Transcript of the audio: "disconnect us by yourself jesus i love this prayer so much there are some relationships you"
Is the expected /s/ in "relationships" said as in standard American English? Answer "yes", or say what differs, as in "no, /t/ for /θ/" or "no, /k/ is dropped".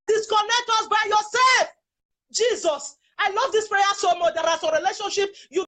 no, /s/ is dropped